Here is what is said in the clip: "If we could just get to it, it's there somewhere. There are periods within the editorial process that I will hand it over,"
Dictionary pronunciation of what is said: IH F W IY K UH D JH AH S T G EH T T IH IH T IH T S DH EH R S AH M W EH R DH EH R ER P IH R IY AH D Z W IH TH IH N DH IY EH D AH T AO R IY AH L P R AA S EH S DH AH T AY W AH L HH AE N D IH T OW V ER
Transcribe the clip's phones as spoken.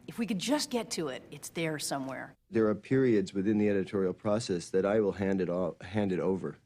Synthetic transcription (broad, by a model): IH F W IY K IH D JH AH S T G EH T T IH IH T IH T S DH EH R S AH M W EH R DH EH R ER P IH R IY AH D Z W IH TH IH N DH IY EH D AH T AO R IY L P R AA S EH S DH AH T AY W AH L HH AE N D IH T OW V ER